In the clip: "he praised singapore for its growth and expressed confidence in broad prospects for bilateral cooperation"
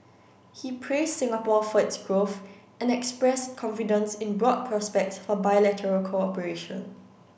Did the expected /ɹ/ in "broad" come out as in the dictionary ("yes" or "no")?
yes